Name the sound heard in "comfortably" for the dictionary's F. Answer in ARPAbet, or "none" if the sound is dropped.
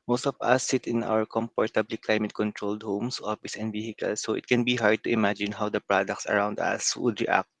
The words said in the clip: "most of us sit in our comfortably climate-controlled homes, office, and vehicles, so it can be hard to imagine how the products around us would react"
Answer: P